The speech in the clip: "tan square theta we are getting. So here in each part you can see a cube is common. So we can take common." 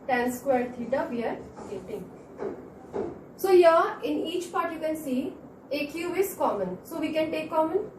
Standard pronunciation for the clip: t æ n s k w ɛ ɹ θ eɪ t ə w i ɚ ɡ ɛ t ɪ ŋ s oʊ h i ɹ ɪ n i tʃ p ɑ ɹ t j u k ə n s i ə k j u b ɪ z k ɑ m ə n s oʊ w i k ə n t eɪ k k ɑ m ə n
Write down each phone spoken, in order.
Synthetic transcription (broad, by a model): t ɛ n s k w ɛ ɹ t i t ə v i ɚ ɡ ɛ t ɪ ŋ s oʊ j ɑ ɪ n i tʃ p ɑ ɹ t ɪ k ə l s i ə k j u ɪ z k ɑ m ə n s oʊ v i k ə n t eɪ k k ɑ m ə n